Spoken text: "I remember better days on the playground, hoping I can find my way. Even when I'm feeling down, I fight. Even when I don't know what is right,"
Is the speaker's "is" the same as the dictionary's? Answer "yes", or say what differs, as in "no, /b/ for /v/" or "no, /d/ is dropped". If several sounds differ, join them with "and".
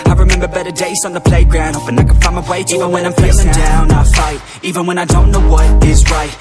yes